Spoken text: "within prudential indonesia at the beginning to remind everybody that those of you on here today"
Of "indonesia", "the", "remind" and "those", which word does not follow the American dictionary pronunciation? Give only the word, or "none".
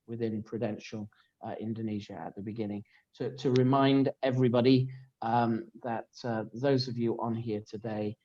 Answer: none